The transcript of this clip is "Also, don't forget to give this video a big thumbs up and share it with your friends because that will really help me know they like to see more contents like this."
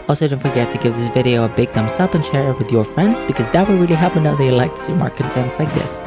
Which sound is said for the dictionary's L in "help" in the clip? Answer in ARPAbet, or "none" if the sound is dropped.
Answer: none